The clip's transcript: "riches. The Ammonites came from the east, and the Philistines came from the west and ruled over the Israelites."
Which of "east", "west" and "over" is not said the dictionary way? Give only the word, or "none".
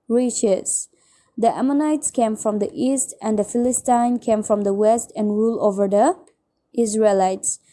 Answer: none